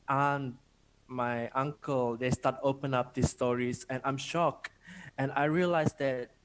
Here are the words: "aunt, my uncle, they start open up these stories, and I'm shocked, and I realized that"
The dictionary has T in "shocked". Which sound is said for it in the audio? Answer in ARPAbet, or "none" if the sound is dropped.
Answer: none